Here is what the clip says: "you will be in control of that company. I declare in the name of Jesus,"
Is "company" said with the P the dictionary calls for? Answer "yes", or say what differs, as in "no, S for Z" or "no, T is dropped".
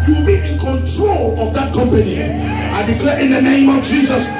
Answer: yes